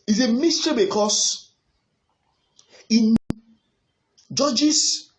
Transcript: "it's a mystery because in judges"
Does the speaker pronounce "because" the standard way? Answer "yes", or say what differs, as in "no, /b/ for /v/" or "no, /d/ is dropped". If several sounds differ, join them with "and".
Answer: no, /s/ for /z/